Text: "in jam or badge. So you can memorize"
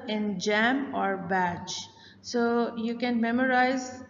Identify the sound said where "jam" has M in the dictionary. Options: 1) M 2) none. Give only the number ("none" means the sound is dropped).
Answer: 1